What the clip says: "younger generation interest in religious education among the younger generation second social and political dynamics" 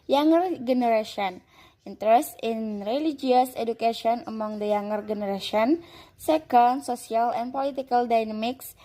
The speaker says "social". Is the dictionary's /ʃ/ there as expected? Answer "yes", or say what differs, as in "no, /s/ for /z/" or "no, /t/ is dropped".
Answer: no, /s/ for /ʃ/